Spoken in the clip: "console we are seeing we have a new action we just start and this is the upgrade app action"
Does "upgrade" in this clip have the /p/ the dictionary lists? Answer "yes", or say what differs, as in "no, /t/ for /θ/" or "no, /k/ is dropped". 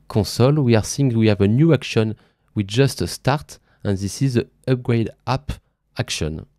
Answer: yes